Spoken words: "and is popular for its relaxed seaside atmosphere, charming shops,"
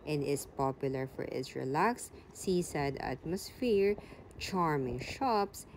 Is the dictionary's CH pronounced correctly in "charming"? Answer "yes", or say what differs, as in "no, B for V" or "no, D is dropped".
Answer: yes